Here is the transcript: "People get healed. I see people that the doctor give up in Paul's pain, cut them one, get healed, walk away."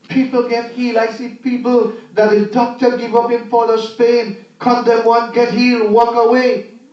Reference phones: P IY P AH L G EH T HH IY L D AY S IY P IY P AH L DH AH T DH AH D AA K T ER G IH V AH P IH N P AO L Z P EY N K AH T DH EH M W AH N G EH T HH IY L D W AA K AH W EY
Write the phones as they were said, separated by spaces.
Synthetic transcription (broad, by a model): P IY P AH L G EH T HH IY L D AY S IY P IY P AH L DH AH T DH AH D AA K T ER G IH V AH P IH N F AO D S P EY N K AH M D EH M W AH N G EH T HH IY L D W AA K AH W EY